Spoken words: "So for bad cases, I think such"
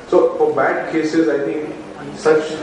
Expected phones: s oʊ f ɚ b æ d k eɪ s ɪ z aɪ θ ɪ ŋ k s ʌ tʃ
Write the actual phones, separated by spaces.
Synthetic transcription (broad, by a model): s oʊ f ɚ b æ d k eɪ s ɪ z aɪ t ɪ ŋ k s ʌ tʃ